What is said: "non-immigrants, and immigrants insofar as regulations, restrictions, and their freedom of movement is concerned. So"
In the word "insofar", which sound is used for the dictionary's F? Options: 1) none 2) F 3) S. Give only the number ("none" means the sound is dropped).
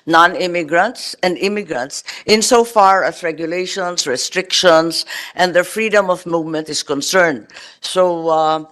2